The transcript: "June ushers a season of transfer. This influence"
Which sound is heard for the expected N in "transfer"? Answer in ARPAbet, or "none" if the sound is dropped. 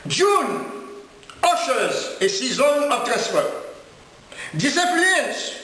none